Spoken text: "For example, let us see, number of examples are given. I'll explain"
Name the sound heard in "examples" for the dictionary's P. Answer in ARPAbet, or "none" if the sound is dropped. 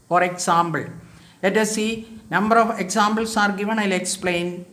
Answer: B